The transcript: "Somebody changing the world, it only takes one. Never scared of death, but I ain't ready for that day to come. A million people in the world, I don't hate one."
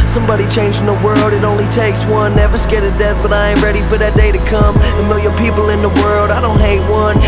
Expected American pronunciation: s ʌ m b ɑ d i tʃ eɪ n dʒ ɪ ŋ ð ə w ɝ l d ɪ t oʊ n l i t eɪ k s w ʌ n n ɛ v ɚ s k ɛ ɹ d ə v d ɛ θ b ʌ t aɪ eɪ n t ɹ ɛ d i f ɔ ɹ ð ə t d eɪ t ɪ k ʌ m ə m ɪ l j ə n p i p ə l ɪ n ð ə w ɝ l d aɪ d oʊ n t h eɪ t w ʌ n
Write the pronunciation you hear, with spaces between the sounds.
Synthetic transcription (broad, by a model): s ʌ m b ɑ d i tʃ eɪ n dʒ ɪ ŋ ð ə w ɝ l d ɪ t oʊ n l i t eɪ k s w ʌ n n ɛ v ɚ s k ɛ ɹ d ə d ɛ θ b ʌ t aɪ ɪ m ɹ ɛ d i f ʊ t ð ə t d eɪ t ɪ k ʌ m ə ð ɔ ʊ j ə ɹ p i p l ɪ n ð ə w ɝ l d aɪ d oʊ n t h eɪ t w ʌ n